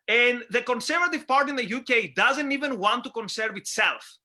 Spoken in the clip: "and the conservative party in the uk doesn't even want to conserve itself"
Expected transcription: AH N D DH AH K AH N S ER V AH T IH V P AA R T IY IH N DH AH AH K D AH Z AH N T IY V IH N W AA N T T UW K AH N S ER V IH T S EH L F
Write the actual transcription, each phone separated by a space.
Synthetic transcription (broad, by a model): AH N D DH AH K AH N S ER V AH T IH V P AA R T IY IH N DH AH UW K D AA Z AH N T IY V IH N W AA N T T UW K AH N S ER V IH T S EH L F